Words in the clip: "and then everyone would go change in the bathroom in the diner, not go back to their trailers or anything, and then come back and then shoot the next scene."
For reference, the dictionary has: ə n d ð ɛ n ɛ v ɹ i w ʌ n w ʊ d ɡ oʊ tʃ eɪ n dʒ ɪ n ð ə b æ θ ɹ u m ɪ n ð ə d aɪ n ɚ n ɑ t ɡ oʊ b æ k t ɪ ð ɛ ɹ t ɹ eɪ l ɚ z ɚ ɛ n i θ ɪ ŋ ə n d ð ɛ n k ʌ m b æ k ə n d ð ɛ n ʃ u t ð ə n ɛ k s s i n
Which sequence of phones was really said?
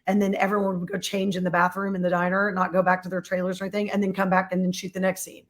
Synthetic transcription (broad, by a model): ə n ð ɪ n ɛ v ɹ i w ʌ n w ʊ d ɡ oʊ tʃ eɪ n dʒ ɪ n ð ə b æ θ ɹ u m ɪ n ð ə d aɪ n ɚ n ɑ t ɡ oʊ b æ k t ɪ ð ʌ ɹ t ɹ eɪ l ɚ z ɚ ɛ n i θ ɪ ŋ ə n ð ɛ n k ʌ m b æ k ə n ð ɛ n ʃ u t ð ə n ɛ k s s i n